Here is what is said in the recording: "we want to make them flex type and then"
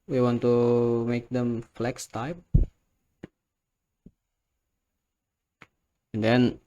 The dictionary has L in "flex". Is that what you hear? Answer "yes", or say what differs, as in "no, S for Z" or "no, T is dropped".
yes